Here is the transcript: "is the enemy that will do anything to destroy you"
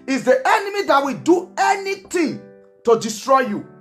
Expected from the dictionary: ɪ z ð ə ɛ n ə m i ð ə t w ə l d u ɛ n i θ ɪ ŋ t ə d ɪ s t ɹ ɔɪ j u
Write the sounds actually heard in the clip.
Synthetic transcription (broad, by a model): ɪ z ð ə ɛ n ə m i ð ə t w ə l d u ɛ n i t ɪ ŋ t ə d ɪ s t ɹ ɔɪ j u